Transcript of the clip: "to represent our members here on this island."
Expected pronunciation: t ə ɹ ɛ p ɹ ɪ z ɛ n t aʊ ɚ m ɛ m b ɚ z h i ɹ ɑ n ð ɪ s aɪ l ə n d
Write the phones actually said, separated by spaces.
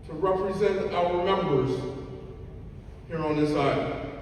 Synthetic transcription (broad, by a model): t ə ɹ ɛ p ɹ ɪ z ɛ n t aʊ ɚ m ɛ m b ɚ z h i ɹ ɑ n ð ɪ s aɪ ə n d